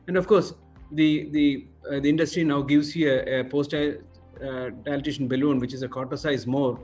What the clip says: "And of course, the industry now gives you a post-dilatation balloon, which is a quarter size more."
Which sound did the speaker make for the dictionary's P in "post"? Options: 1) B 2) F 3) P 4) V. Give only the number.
3